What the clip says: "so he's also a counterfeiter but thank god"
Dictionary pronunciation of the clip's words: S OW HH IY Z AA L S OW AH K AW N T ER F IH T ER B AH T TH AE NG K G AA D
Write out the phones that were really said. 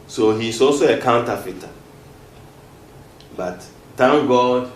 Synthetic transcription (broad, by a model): S OW HH IY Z AA L S OW AH K AW N T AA F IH T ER B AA T T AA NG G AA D